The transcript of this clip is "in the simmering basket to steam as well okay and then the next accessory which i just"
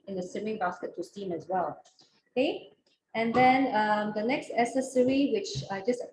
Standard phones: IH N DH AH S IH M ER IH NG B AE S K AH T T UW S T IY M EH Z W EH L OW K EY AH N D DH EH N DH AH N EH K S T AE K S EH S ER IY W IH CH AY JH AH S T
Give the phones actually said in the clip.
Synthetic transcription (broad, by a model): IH N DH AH S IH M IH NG B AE S K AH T T UW S T IY M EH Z W EH L OW K EY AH N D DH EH N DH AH N EH K S T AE S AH S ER IY W IH CH AY JH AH S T